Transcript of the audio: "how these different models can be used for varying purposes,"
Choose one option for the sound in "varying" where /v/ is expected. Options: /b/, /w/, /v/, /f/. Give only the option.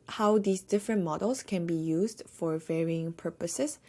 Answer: /v/